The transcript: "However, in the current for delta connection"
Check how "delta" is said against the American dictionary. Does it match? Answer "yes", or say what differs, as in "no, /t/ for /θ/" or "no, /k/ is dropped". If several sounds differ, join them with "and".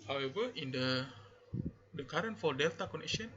yes